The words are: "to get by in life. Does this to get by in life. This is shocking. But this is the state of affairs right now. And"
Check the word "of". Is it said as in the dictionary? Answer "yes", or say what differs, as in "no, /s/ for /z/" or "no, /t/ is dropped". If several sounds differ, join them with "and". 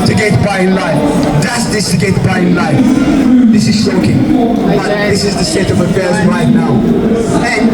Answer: yes